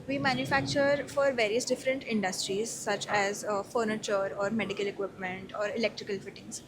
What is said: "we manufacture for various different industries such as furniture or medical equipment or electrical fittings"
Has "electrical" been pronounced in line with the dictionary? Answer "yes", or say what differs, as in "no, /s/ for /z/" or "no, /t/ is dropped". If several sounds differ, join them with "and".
yes